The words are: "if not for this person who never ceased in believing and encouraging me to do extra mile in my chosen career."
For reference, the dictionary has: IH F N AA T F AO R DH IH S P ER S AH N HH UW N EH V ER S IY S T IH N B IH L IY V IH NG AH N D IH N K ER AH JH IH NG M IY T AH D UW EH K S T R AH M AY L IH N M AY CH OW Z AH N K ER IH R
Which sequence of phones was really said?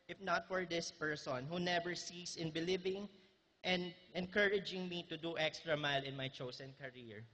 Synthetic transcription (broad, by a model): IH F N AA T F AO R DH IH S P ER S AH N HH UW N EH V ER S IY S IH N B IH L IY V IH NG AH N D IH N K ER AH JH IH NG M IY T AH D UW EH K S T R AH M AY L IH N M AY CH OW S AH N K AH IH R